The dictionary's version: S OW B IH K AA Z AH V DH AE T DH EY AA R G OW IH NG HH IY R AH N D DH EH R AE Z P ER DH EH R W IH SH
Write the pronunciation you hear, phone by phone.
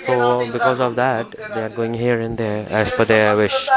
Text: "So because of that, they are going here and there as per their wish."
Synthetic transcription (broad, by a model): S OW B IH K AA Z AH V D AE T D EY AA R G OW IH NG HH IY R AH N D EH R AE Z F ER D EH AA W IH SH